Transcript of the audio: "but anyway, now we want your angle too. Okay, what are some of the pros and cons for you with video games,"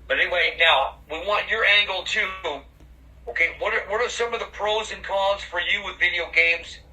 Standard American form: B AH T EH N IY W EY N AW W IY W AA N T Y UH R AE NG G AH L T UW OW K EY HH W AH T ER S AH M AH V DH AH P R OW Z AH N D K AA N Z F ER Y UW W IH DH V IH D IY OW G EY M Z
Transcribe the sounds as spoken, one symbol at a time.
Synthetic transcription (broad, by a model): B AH T EH N IY W EY N AW W IY W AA N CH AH R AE NG G L T UW OW K EY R W AH T ER S AH M AH V DH AH P R OW Z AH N K AA Z F ER Y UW W IH DH V IH D IY OW G EY M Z